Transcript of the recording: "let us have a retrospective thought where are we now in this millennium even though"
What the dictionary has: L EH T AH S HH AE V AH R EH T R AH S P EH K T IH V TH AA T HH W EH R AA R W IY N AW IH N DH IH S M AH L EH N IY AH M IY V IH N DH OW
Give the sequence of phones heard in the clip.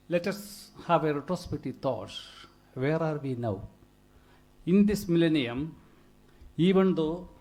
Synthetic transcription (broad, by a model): L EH T AH S HH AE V AH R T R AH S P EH T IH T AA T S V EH R AA R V IY N AW IH N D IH S M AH L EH N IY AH M IY V IH N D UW